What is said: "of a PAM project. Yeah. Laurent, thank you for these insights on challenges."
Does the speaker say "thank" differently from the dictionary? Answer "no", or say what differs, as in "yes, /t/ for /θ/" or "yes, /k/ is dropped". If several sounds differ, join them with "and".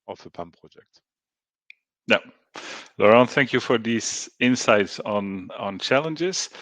no